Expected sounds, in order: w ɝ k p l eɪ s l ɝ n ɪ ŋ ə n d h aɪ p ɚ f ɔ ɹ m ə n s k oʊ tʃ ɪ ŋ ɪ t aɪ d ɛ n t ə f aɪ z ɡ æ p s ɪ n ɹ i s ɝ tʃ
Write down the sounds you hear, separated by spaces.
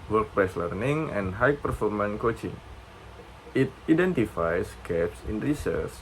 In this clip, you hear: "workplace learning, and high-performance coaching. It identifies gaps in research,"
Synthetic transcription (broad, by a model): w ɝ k p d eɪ s l ɝ n ɪ ŋ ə n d h aɪ p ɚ f ɔ ɹ m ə n k oʊ tʃ ɪ ŋ ɪ t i d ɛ n t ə f aɪ s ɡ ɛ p s ɪ n ɹ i s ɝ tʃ